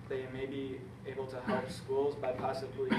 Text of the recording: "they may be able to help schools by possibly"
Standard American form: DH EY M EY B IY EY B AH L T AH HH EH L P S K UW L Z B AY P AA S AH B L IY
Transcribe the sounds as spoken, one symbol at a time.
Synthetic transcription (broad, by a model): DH EY M EY B IY EY B AH L T AH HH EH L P S K UW L Z B AY P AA S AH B L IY